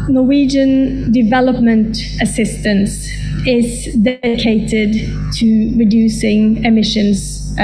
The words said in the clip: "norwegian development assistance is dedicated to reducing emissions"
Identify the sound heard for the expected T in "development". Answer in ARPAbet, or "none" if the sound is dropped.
T